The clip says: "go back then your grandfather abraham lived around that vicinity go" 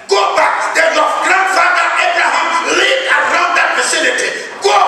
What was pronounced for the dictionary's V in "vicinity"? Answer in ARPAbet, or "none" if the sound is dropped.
F